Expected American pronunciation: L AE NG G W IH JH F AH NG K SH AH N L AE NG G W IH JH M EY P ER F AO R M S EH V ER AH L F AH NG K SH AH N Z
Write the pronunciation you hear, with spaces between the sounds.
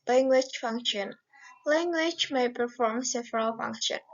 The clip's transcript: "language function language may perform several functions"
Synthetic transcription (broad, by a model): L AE NG G W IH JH F AH NG K SH AH N L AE NG G W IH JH M EY P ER F AO R M S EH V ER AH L F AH NG K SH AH N